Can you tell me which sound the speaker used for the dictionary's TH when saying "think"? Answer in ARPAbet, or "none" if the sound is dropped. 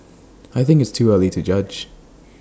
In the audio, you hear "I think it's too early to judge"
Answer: TH